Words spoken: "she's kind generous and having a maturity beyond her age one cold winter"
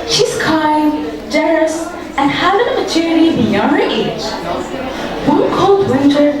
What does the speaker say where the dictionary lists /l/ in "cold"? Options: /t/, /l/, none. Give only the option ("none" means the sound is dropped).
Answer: /l/